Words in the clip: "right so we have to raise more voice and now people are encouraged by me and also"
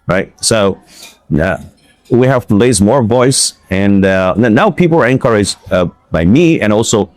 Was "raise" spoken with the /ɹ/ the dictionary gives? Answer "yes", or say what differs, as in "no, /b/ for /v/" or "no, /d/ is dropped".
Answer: no, /l/ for /ɹ/